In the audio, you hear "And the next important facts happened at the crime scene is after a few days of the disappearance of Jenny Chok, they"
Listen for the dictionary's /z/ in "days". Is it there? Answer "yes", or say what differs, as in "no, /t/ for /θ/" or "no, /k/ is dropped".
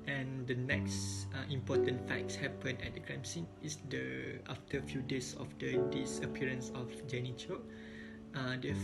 no, /s/ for /z/